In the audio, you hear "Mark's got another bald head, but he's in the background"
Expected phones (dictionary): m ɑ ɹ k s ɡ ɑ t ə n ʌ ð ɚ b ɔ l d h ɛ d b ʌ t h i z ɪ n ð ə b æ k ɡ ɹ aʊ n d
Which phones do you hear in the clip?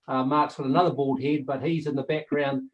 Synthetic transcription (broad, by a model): m ɑ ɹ k s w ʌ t ə n ʌ ð ɚ b ɔ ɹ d h ɛ d b ʌ t h i z ɪ n ð ə b æ k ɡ ɹ aʊ n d